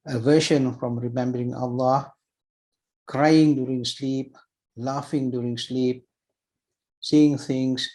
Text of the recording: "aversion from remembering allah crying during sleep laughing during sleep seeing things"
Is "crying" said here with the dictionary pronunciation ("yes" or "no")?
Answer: yes